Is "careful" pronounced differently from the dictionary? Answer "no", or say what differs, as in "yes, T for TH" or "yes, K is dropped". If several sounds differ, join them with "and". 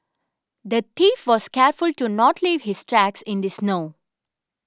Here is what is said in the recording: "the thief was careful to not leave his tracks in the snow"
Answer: no